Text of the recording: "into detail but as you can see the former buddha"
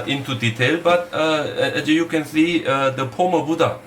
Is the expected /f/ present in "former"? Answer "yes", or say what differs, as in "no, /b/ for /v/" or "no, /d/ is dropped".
no, /p/ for /f/